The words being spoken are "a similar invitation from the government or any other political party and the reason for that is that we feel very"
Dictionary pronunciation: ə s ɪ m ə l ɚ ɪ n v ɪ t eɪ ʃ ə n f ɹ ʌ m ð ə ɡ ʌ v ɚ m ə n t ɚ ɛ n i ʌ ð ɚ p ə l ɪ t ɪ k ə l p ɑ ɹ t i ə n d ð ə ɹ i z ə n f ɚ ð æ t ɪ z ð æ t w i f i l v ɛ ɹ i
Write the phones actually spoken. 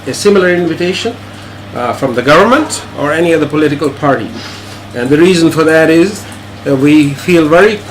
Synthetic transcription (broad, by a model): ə s ɪ m ə l ɚ ɪ n v ɪ t eɪ ʃ ə n f ɹ ʌ m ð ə ɡ ʌ v ɚ m ə n t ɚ ɛ n i ʌ ð ɚ p ə l ɪ t ɪ k ə l p ɑ ɹ t i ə n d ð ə ɹ i z ə n f ɚ ð æ t ɪ z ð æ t w i f i l v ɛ ɹ i